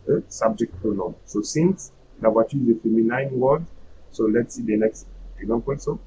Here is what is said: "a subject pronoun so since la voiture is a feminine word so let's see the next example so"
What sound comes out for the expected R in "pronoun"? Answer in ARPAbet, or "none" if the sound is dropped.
none